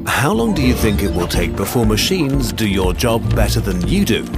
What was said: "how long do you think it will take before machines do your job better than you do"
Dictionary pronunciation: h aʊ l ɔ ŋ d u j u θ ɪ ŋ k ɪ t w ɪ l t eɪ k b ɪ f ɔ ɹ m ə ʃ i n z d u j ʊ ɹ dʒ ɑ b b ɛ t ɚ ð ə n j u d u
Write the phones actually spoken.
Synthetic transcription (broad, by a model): h aʊ l ɔ ŋ d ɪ j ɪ θ ɪ ŋ k ɪ t w ɪ l t eɪ k b ɪ f ɔ ɹ m ə ʃ i n z d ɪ j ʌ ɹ dʒ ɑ b b ɛ t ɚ ð ə n j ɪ d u